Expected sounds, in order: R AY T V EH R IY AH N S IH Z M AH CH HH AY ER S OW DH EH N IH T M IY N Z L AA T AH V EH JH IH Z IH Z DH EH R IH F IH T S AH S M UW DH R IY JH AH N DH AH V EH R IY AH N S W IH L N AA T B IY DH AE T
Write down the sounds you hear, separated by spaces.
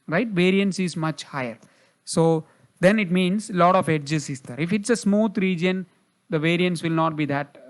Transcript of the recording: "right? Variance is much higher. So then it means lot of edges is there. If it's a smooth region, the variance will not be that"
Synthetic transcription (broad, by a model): R AY T V EH R IY AH N S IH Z M AH CH HH AY ER S OW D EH N IH T M IY N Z L AA T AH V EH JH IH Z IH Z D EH R IH F IH T S AH S M UW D R IY JH AH N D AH V EH R IY AH N S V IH L N AA T B IY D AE T